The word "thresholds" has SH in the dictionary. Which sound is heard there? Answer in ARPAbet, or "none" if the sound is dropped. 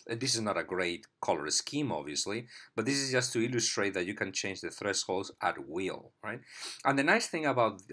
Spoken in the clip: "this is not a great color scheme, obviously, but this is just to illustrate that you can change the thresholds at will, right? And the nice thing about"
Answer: S